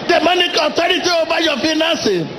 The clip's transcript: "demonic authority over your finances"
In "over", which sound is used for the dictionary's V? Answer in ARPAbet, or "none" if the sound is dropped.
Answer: B